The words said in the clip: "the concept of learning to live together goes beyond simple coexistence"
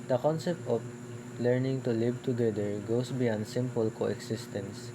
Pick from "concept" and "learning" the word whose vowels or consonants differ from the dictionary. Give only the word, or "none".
none